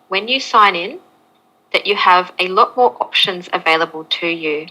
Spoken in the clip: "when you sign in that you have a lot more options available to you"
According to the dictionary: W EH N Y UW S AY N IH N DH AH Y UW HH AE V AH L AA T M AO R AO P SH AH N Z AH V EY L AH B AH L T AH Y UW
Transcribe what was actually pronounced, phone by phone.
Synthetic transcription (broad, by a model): W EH N Y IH S AY N IH N DH AH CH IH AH V AH L AA T M AO R AO P SH AH N Z AH V EY L AH B AH L T AH Y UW